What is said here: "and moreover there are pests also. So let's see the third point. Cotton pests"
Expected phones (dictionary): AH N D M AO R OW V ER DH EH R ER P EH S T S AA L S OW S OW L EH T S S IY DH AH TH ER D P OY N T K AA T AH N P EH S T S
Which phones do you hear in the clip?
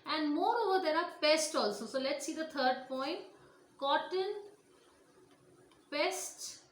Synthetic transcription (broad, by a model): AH N D M AO R OW V ER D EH R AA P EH S T AA L S OW S OW L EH T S S IY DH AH T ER D P OY N T K AA T AH N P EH S T